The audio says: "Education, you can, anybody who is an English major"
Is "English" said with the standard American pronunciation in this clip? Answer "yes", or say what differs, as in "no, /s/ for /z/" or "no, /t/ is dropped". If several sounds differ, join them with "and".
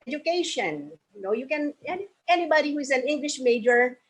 yes